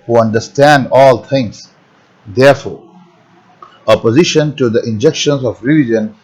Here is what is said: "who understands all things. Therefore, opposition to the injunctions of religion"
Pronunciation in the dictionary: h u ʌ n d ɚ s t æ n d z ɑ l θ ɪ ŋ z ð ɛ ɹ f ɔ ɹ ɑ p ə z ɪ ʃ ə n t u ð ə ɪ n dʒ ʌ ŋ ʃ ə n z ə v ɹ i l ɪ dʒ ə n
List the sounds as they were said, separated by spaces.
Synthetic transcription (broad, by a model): h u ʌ n d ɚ s t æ n d ɑ l t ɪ ŋ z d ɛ ɹ f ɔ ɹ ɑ p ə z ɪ ʃ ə n t u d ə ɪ n dʒ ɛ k ʃ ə n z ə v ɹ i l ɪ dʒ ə n